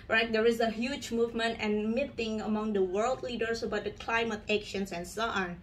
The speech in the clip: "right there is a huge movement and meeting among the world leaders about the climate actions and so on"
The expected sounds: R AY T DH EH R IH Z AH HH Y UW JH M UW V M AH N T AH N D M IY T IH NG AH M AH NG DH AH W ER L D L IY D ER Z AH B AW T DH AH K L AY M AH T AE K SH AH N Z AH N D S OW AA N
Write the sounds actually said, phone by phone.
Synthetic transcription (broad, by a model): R AY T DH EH R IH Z AH HH Y UW JH M UW V M AH N T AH N M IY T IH NG AH M AH NG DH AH W ER L D L IY D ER S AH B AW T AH K L AY M AH T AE K SH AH N S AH N S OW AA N